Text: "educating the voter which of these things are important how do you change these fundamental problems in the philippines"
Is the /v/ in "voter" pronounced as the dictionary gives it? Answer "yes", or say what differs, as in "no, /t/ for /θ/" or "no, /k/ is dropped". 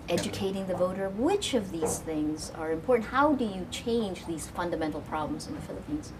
yes